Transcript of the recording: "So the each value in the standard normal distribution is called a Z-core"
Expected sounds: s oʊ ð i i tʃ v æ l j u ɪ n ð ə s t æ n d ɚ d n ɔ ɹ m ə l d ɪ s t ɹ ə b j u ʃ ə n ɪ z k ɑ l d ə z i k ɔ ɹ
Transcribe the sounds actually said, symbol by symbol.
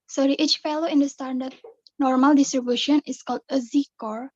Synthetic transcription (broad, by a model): s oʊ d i i tʃ f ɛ l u ɪ n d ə s t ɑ n d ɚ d n ɔ ɹ m ə l d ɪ s t ɹ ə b j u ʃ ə n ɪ s k ɑ l d ə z i k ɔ ɹ